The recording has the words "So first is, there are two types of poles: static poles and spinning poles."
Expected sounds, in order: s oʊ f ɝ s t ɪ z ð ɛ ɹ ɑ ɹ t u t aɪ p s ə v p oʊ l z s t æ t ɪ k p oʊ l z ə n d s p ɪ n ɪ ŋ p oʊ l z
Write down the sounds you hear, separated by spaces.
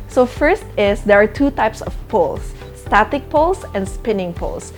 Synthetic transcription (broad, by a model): s oʊ f ɝ s t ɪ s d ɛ ɹ ɑ ɹ t u t aɪ p s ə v p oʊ l s t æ t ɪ k p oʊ l s ə n d s p ɪ n ɪ ŋ p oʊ l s